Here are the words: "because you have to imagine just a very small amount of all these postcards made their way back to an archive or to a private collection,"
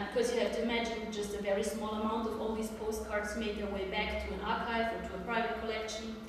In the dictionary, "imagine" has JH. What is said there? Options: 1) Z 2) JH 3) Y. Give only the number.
2